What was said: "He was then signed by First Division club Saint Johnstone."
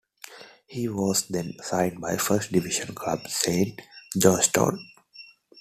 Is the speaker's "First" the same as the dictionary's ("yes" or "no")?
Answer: yes